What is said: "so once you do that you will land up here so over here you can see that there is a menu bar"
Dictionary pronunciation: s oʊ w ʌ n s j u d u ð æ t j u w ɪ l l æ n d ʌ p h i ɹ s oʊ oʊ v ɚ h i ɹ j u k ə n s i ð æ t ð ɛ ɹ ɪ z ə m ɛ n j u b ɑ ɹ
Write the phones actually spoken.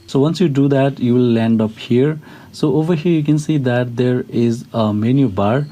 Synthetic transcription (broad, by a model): s oʊ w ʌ n s j u d u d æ t j u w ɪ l l æ n d ʌ p h i ɹ s oʊ oʊ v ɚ h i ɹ j u k ə n s i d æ t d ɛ ɹ ɪ z ə m ɛ n j u b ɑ ɹ